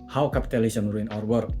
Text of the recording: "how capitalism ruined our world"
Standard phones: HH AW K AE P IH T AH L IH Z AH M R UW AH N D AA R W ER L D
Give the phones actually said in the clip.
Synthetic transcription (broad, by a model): HH AW K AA P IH T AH L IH S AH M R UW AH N AA R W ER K